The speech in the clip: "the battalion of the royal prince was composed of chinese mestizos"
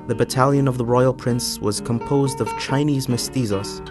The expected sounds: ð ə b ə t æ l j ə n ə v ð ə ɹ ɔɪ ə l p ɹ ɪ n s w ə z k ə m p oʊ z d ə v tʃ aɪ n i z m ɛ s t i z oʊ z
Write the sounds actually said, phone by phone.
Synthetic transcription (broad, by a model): ð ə b ə t æ l j ə n ə v ð ə ɹ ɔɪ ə l p ɹ ɪ n s w ə z k ə m p oʊ z d ə v tʃ aɪ n i z m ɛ s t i z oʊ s